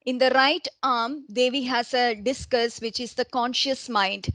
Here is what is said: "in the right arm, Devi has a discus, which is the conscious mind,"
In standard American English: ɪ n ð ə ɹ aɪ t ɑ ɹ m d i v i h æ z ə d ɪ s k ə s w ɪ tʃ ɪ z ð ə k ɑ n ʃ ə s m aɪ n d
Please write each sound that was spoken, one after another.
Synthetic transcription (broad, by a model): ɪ n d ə ɹ aɪ t ɑ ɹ m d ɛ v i h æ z ə d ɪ s k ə s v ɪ tʃ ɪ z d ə k ɑ n ʃ ə s m aɪ n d